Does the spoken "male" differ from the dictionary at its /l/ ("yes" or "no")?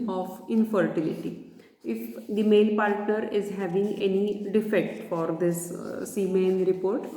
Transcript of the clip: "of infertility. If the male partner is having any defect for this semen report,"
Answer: yes